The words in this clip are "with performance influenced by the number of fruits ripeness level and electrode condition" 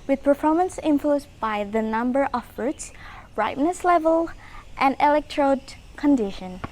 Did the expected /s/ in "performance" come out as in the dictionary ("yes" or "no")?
yes